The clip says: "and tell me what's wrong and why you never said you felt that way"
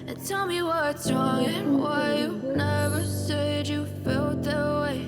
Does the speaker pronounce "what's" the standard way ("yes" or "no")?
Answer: no